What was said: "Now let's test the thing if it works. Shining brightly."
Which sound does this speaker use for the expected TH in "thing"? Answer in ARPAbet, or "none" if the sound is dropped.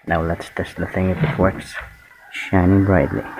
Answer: TH